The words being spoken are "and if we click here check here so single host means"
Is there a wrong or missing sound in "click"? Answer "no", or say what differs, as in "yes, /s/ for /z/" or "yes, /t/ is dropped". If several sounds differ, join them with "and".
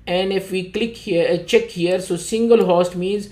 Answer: no